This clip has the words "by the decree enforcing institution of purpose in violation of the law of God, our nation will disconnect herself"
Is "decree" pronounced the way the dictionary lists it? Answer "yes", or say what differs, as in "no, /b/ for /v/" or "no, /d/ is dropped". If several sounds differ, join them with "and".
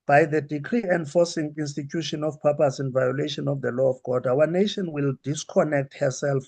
yes